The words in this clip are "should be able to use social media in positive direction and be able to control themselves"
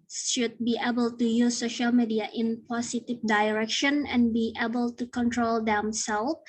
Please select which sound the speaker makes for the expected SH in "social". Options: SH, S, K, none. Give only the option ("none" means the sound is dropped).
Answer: SH